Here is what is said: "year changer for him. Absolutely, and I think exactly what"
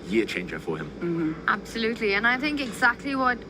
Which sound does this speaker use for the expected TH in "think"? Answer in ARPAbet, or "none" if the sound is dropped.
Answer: TH